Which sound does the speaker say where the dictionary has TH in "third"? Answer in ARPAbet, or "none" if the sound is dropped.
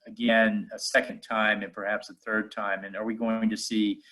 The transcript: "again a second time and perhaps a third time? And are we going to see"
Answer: TH